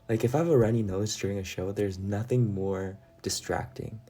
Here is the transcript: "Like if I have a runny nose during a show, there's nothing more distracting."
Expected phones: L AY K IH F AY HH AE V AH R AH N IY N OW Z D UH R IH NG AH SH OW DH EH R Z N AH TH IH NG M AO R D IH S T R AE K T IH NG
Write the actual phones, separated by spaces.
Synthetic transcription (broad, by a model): L AY K IH F AY V AH R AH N IY N OW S D UH R IH NG AH SH OW DH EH R Z N AH TH IH NG M AO R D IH S T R AE K T IH NG